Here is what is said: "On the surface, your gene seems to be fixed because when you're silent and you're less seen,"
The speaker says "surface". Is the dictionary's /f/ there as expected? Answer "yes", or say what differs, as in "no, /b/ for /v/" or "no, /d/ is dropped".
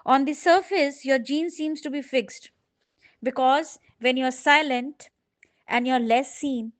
yes